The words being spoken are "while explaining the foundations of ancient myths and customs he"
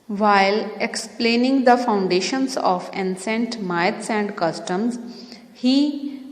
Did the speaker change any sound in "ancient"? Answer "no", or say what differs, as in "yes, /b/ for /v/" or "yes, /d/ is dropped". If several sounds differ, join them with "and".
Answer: yes, /s/ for /ʃ/